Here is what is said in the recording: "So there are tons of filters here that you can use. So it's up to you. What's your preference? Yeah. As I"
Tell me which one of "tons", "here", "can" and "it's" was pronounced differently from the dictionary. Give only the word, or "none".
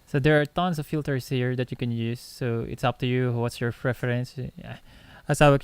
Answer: tons